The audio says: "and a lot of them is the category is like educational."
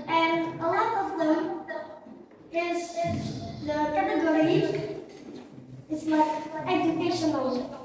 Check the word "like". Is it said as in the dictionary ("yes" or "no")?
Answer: no